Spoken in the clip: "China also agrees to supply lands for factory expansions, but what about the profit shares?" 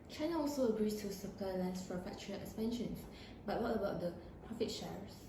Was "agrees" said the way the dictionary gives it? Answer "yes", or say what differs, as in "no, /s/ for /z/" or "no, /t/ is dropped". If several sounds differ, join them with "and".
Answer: no, /s/ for /z/